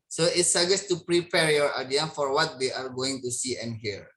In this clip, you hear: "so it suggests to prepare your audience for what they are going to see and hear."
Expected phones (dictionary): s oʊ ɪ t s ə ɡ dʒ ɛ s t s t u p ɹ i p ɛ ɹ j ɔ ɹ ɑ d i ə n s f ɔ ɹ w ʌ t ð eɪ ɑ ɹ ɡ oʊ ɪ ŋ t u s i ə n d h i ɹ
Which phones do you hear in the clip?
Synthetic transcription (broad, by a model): s oʊ ɪ t s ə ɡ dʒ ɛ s s t u p ɹ i p ɛ ɹ j ɔ ɹ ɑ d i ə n f ɔ ɹ w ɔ t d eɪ ɑ ɹ ɡ oʊ ɪ ŋ t u s i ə n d h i ɹ